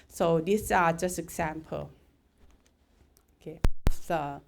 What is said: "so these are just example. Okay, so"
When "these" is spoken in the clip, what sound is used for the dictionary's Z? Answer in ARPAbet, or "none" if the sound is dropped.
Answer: S